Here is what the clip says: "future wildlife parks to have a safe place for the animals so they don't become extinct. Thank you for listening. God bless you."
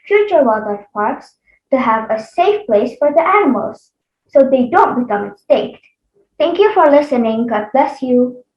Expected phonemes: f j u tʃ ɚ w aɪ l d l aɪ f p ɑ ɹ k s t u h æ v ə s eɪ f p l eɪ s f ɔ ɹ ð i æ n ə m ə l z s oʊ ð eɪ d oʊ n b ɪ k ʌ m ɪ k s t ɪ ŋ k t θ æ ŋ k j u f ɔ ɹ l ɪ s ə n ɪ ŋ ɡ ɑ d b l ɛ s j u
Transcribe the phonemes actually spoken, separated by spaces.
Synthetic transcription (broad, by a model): f j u tʃ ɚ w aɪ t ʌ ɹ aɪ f p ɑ ɹ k s t u h æ v ə s eɪ f p l eɪ s f ɔ ɹ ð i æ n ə m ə l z s oʊ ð eɪ d oʊ n b ɪ k ʌ m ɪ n s t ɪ k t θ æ ŋ k j u f ɔ ɹ l ɪ s ə n ɪ ŋ ɡ ɑ d b l ɛ s j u